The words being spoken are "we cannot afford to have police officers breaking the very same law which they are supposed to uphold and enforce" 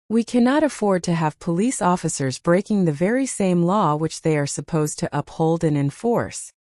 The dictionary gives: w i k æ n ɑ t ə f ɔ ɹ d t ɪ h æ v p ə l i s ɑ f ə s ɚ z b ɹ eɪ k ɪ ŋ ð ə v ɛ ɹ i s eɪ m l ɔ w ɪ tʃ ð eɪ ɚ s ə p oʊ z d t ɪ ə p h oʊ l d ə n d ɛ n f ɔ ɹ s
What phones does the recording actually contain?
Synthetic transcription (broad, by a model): w i k æ n ɑ t ə f ɔ ɹ d t ɪ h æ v p ə l i s ɑ f ə s ɚ z b ɹ eɪ k ɪ ŋ ð ə v ɛ ɹ i s eɪ m l ɔ w ɪ tʃ ð eɪ ɚ s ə p oʊ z t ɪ ə p h oʊ l d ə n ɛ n f ɔ ɹ s